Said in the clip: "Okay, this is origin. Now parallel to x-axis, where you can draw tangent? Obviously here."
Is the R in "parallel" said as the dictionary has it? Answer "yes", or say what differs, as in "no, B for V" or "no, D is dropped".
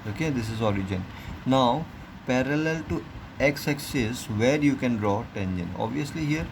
yes